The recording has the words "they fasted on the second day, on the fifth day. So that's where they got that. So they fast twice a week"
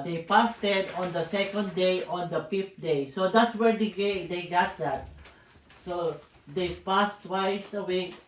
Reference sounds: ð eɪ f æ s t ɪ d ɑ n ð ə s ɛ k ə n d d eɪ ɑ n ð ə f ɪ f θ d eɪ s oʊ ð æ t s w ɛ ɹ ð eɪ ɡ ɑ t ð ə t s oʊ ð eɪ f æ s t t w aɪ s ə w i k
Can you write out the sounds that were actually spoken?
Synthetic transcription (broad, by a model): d eɪ p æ s t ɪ d ɑ n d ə s ɛ k ə n d d eɪ ɑ n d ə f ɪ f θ d eɪ s oʊ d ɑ t s w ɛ ɹ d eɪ ɡ ɑ t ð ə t s oʊ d eɪ p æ s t t w aɪ s ə w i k